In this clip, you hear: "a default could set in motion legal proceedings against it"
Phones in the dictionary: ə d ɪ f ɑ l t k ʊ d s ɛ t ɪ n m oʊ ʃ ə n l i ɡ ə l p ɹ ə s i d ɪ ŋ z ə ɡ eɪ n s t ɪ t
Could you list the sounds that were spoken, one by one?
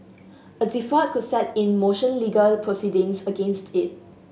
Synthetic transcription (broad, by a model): ə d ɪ f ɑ t k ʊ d s ɛ t ɪ n m oʊ ʃ ə n l i ɡ ə l p ɹ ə s i d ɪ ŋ s ə ɡ eɪ n s t ɪ t